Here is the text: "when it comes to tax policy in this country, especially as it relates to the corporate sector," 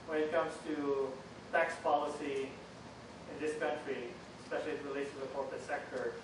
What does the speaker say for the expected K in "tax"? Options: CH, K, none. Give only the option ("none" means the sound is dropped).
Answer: K